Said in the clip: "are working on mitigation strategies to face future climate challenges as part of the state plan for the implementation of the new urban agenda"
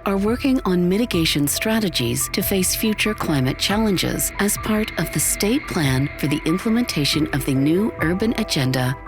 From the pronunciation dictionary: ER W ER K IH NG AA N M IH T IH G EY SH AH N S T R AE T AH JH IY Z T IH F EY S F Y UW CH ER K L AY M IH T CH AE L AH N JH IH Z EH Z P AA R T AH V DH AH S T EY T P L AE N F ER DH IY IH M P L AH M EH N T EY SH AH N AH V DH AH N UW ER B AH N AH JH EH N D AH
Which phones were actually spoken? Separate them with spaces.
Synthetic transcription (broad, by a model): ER W ER K IH NG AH N M IH T IH G EY SH AH N S T R AE T AH JH IY Z T IH F EY S F Y UW CH ER K L AY M IH T CH AE L AH N JH IH Z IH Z P AA R T AH V DH AH S T EY T P L AE N F ER DH IY IH M P L AH M EH N T EY SH AH N AH V DH AH N UW ER B AH N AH JH EH N D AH